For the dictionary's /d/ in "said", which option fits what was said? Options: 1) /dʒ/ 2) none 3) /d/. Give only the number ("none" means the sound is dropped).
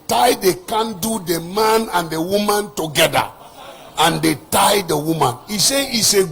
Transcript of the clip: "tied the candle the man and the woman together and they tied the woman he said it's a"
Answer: 2